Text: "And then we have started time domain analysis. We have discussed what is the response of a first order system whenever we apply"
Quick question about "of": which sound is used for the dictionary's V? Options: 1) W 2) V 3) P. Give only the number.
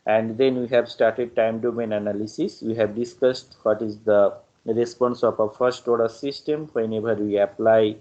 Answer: 3